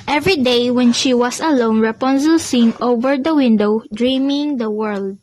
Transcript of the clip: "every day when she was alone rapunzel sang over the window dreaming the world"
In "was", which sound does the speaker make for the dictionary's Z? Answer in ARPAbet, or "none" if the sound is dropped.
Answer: S